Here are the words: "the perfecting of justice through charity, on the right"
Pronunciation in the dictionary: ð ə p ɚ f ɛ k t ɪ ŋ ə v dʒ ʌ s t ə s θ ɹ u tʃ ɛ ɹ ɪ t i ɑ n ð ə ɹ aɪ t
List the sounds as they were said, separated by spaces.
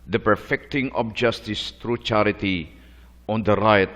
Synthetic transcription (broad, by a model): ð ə p ɚ f ɛ k t ɪ ŋ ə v dʒ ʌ s t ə s t ɹ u tʃ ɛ ɹ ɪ t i ɑ n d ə ɹ aɪ t